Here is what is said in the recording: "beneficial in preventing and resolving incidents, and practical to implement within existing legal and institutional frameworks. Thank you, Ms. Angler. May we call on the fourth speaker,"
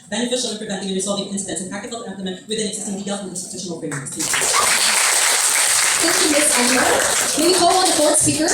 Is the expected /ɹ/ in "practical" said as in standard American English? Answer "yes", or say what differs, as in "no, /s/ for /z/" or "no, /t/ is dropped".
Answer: no, /ɹ/ is dropped